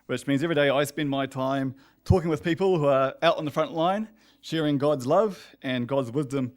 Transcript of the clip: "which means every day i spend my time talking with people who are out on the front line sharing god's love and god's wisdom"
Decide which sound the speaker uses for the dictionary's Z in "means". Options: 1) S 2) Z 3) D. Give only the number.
2